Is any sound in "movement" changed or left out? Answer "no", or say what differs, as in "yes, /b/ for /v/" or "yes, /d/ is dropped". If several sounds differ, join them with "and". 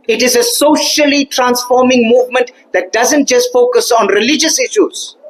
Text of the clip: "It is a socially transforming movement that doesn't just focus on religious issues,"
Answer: no